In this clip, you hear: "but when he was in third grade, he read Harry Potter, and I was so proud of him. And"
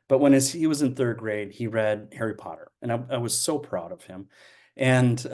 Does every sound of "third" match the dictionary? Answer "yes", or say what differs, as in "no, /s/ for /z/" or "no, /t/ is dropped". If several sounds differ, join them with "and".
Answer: yes